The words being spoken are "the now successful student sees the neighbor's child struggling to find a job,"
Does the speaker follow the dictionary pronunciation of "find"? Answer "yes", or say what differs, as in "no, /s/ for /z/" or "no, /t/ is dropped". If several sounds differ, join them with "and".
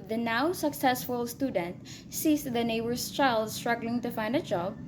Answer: yes